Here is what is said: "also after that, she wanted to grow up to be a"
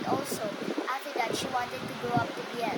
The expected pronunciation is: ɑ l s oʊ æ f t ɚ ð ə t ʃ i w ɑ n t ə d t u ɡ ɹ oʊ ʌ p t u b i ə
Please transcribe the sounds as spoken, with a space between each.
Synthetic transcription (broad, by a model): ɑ l s oʊ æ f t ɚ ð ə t ʃ i w ɑ n t ə d t u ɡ oʊ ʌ p t u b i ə